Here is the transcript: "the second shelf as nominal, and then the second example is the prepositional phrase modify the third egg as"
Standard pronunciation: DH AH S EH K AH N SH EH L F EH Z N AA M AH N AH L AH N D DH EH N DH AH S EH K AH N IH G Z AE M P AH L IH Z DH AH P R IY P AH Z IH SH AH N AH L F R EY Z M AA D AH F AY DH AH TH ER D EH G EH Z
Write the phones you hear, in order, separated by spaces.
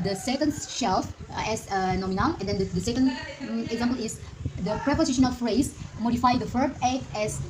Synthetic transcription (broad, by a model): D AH S EH K AH N SH EH L F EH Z N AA M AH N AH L AH N D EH N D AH S EH K AH N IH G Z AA M P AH L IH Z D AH P R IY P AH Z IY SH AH N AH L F R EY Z M AA D AH F AY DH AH F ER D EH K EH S